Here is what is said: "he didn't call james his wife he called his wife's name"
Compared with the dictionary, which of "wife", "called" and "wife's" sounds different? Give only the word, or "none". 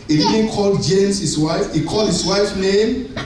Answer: wife's